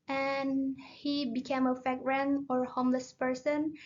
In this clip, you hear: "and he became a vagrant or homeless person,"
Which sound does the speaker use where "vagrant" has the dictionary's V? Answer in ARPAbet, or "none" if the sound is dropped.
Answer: F